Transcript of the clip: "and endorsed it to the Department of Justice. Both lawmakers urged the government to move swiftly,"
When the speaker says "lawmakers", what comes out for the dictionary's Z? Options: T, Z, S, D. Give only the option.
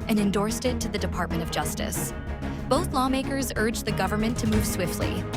Z